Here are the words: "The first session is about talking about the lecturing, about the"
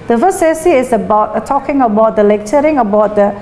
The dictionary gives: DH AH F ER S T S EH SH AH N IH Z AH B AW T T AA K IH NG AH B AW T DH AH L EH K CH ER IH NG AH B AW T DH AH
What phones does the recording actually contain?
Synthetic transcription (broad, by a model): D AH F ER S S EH S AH IH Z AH B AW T T AA K IH NG AH B AW T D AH L EH K CH ER IH NG AH B AW T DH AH